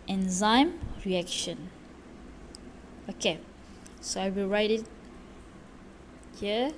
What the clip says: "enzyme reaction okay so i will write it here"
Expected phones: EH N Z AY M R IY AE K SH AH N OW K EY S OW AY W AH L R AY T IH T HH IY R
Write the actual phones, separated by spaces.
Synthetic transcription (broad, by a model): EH N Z AY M R IY AE K SH AH N OW K EY S OW AY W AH R AY T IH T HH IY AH